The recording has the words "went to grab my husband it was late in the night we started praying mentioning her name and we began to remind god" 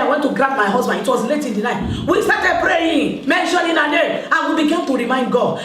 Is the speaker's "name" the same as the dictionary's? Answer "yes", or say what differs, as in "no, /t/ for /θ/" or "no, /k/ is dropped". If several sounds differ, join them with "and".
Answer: no, /m/ is dropped